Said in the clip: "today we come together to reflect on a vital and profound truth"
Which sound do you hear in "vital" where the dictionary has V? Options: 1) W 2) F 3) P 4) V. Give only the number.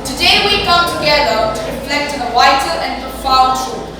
1